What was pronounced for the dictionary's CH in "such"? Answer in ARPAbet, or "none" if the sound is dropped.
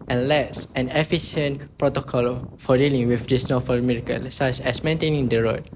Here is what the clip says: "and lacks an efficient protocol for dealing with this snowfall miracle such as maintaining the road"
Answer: S